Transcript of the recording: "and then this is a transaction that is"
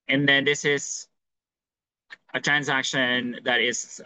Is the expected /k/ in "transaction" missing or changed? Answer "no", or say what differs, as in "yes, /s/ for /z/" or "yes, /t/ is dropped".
no